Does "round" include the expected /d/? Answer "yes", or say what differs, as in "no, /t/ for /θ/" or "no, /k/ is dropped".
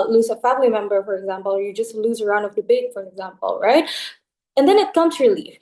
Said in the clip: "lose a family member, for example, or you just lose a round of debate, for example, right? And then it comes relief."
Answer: yes